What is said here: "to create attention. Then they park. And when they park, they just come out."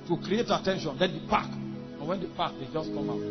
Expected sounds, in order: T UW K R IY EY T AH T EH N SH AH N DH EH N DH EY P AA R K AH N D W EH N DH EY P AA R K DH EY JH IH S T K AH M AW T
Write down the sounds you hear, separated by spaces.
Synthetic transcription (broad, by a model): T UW K R IY EY T AH T EH N SH AH N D EH N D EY P AA K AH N W EH N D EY P AA K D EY JH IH S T K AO M AW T